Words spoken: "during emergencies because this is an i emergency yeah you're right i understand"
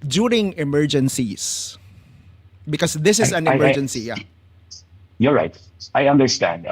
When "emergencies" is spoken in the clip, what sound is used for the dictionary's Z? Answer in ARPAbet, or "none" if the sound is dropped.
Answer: S